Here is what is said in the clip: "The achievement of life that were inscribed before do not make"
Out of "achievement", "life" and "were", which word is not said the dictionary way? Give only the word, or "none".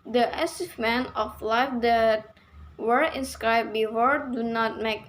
achievement